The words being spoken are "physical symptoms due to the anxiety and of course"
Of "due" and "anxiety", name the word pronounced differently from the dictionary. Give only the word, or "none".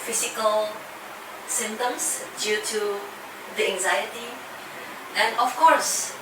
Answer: none